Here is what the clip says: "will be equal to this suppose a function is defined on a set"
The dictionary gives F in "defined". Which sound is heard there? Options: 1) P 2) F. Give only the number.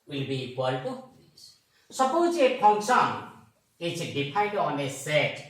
1